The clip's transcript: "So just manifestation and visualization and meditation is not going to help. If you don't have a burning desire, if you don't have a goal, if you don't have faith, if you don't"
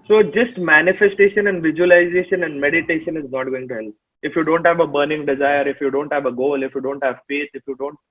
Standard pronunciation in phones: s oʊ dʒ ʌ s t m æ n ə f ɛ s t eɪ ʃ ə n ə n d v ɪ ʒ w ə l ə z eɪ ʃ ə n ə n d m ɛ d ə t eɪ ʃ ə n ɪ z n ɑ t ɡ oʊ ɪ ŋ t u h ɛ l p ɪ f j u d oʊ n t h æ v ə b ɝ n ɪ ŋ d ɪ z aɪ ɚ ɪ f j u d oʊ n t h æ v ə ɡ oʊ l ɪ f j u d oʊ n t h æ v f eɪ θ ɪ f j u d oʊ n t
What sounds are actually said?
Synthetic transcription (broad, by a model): s oʊ dʒ ʌ s t m æ n ə f ɛ s t eɪ ʃ ə n ə n d v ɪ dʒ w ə l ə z eɪ ʃ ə n ə n d m ɛ d ə t eɪ ʃ ə n ɪ z n ɑ t ɡ oʊ ɪ ŋ t u h ɛ l p ɪ f j u d oʊ n t h æ v ə b ɝ n ɪ ŋ d ɪ z aɪ ɚ ɪ f j u d oʊ n t h æ v ə ɡ oʊ l ɪ f j u d oʊ n t h æ v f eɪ t ɪ f j u d oʊ n t